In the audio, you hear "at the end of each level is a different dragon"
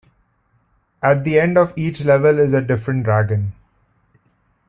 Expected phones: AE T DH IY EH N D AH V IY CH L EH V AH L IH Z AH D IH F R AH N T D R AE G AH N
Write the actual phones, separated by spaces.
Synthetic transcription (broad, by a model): AE T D IY EH N D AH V IY CH L EH V AH L IH Z AH D IH F R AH N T D R AE G AH N